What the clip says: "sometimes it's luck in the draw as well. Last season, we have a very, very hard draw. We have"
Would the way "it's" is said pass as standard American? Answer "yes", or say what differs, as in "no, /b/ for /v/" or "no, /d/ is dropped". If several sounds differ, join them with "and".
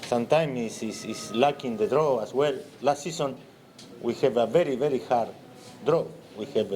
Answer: no, /s/ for /t/